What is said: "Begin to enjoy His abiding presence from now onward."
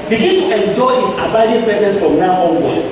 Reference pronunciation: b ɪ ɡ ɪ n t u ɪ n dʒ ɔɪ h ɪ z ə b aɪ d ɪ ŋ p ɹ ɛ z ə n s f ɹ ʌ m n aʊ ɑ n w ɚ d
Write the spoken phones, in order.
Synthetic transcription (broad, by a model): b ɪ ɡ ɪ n t u ɪ n dʒ ɔɪ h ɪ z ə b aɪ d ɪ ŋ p ɛ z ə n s f ɹ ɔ m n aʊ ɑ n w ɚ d